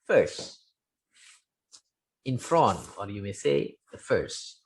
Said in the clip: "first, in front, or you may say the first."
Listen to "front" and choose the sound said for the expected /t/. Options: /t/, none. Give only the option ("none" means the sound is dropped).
none